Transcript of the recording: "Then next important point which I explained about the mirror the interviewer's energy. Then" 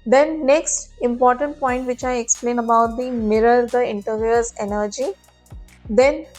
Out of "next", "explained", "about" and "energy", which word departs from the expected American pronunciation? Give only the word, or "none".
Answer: explained